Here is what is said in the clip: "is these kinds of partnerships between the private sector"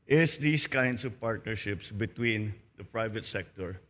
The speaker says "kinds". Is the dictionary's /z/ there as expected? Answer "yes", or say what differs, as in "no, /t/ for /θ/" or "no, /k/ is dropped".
no, /s/ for /z/